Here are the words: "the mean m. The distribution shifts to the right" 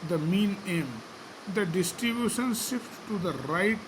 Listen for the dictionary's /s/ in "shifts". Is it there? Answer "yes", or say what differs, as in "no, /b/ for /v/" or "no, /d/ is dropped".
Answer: no, /s/ is dropped